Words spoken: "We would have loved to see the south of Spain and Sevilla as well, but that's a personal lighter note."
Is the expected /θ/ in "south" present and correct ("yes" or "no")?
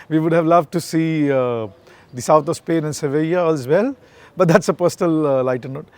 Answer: no